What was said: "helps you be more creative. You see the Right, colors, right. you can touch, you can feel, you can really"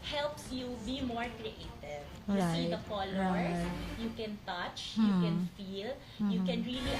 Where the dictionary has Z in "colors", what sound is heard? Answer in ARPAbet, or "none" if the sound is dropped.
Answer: none